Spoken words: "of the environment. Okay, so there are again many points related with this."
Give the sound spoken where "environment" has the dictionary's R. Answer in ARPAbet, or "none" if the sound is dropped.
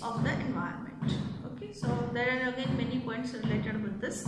none